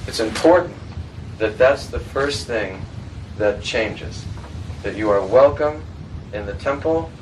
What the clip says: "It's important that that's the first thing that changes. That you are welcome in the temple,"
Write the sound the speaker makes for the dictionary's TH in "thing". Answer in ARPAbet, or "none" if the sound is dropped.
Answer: TH